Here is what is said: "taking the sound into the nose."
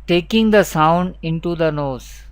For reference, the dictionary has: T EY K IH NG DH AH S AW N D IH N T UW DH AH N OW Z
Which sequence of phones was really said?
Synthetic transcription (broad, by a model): T EY K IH NG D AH S AW N D IH N T UW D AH N OW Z